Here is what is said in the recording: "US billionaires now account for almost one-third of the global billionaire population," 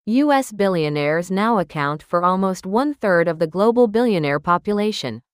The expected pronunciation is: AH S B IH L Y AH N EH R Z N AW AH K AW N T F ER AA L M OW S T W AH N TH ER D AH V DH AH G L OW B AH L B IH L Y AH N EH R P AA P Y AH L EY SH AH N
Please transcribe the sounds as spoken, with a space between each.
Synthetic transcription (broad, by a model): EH S B IH L Y AH N EH R Z N AW AH K AW N T F ER AA L M OW S T W AH N TH ER D AH V DH AH G L OW B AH L B IH L Y AH N EH R P AA P Y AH L EY SH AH N